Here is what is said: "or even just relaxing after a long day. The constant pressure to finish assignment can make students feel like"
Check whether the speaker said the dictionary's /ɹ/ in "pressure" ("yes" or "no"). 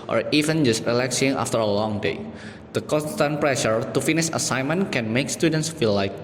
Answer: yes